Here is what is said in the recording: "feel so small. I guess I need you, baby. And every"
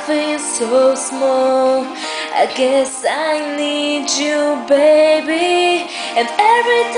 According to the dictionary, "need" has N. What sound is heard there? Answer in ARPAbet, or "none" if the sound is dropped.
N